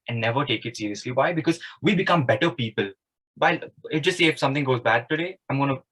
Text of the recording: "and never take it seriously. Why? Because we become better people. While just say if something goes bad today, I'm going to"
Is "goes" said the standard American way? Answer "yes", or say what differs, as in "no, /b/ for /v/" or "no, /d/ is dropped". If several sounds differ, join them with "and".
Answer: yes